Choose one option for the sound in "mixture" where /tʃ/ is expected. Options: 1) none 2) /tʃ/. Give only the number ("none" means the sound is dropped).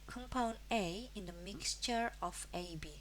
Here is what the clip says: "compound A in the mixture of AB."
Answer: 2